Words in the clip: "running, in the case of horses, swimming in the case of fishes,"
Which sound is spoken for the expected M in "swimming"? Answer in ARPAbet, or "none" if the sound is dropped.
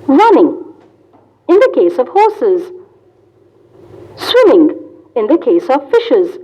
M